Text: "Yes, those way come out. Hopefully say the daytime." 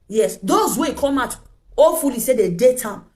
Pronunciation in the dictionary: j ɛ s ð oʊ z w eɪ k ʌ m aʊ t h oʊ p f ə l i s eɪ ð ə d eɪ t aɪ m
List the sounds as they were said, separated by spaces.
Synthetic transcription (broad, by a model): j ɛ s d oʊ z w eɪ k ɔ m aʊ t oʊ f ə l i s eɪ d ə d eɪ t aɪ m